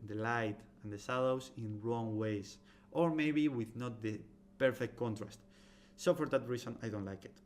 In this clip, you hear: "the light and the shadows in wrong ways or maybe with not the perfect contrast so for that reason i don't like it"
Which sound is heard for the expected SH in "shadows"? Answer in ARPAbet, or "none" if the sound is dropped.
S